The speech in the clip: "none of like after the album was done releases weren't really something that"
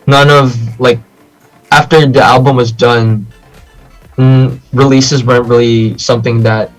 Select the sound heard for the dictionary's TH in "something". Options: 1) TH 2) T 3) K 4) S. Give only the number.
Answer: 1